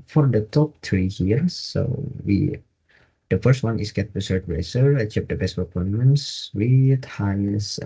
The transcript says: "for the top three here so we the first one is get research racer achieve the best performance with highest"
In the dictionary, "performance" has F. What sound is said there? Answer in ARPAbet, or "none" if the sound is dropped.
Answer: P